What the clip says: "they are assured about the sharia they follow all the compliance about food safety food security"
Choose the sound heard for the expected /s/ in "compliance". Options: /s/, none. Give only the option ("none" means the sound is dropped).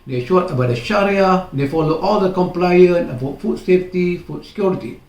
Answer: none